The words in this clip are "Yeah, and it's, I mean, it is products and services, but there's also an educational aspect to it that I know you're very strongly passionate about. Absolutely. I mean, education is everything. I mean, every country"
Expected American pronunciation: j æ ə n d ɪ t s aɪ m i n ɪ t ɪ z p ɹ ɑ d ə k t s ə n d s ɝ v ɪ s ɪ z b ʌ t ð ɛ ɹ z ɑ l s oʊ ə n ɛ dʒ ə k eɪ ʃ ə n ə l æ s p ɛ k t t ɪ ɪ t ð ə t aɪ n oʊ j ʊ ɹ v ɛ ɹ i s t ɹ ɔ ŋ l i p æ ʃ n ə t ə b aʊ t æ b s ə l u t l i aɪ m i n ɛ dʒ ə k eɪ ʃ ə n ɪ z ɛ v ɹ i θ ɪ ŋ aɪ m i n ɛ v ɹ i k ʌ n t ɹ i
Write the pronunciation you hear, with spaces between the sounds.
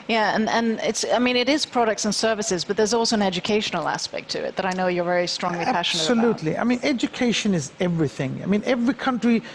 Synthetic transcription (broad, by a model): j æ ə n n ɪ t s aɪ m i n ɪ t ɪ z p ɹ ɑ d ə k t s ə n s ɝ v ɪ s ɪ z b ʌ t ð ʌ ɹ z ɑ l s oʊ ə n ɛ dʒ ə k eɪ ʃ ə n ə l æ s p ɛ k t t ɪ ɪ t ð ə t aɪ n oʊ j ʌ ɹ v ɛ ɹ i s t ɹ ɔ ŋ l i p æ ʃ n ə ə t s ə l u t l i aɪ m i n ɛ dʒ ə k eɪ ʃ ə n ɪ z ɛ v ɹ i θ ɪ ŋ aɪ m i n ɛ v ɹ i k ʌ n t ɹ i